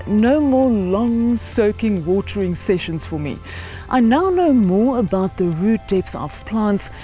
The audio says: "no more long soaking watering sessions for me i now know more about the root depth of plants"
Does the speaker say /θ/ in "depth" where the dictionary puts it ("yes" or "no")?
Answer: yes